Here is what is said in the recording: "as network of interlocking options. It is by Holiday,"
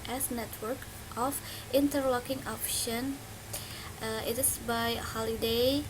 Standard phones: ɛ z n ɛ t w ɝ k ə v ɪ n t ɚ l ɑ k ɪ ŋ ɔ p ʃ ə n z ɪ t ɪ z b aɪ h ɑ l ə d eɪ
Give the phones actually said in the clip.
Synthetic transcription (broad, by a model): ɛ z n ɛ t w ɝ k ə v ɪ n t ɚ l ɑ k ɪ ŋ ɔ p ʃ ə n ɪ t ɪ s b aɪ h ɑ l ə d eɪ